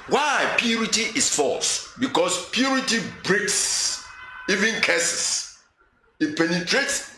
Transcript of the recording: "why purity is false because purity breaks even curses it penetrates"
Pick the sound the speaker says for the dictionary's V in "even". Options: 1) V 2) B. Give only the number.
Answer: 1